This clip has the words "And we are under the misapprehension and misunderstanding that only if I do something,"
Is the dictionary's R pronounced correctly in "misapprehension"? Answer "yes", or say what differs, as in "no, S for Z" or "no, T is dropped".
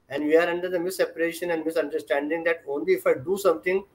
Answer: no, R is dropped